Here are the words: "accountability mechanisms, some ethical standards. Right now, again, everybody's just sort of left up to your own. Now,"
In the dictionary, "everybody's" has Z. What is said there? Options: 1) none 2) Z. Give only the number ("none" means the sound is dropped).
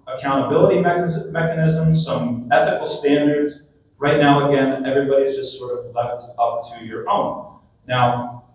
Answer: 2